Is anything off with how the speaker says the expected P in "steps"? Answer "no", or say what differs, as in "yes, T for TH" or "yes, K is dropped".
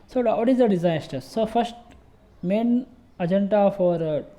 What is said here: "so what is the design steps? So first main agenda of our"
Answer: yes, P is dropped